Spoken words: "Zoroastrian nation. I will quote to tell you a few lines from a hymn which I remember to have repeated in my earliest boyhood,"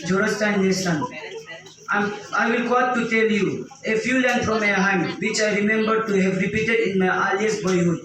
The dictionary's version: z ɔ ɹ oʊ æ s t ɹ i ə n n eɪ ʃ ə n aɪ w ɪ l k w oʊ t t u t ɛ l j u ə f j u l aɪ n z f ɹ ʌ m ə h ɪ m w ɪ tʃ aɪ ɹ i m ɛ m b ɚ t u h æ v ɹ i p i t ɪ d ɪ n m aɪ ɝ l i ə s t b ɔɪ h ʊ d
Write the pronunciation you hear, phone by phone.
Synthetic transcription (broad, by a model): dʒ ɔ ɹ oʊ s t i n l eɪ s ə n aɪ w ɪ l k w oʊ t t u t ɛ l j u ə f j u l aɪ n f ɹ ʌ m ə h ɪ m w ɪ tʃ aɪ ɹ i m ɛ m b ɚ t u h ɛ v ɹ i p i t ɪ d ɪ n m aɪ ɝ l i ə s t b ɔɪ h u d